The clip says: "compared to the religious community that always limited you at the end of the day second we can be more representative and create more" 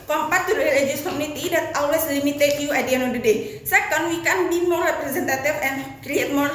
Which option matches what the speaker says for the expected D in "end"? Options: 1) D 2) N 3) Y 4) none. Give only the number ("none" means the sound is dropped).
4